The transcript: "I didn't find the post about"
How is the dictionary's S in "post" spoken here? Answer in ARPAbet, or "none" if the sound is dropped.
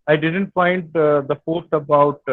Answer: none